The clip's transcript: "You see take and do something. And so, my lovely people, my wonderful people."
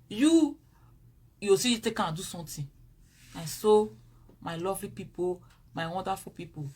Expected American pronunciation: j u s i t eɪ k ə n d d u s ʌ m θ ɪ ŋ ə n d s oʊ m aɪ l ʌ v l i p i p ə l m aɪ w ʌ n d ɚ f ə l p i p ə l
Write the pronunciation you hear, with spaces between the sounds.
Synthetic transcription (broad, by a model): j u s i t eɪ k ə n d d u s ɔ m t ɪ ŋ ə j s oʊ m aɪ l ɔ v l i p i p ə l m aɪ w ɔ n d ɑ f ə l p i p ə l